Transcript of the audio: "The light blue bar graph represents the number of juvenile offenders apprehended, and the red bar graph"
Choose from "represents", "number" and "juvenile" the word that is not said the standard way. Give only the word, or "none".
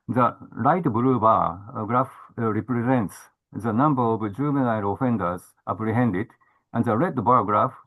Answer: juvenile